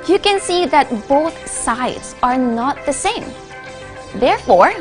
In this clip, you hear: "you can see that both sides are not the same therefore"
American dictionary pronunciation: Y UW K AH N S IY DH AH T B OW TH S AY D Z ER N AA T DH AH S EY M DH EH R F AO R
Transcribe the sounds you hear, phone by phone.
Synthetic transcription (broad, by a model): Y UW K AH N S IY DH AH T B OW TH S AY D Z ER N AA T DH AH S EY M DH EH R F AO R